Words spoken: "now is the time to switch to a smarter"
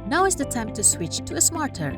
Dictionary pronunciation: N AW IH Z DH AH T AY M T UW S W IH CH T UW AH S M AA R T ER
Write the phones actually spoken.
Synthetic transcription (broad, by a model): N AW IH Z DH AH T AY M T UW S W IH CH T UW AH S M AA R T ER